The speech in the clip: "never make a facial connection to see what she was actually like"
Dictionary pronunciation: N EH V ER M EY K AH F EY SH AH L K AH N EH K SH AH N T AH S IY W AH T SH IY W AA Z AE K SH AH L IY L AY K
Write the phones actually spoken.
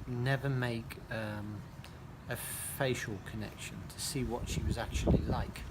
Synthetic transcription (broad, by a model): N EH V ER M EY K AH F EY SH AH L K AH N EH K SH AH N T AH S IY W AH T SH IY W AA Z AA K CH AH L IY L AY K